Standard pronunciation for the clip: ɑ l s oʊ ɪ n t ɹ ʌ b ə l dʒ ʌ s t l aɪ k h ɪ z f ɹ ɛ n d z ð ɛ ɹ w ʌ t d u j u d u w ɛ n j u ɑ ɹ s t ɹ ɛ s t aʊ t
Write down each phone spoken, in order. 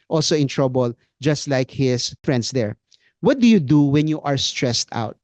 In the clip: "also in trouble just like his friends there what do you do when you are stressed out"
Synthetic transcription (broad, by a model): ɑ l s oʊ ɪ n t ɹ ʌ b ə l dʒ ʌ s t l aɪ k h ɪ s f ɹ ɛ n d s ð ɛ ɹ w ʌ t d u j u d u w ɛ n j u ɑ ɹ s t ɹ ɛ s t aʊ t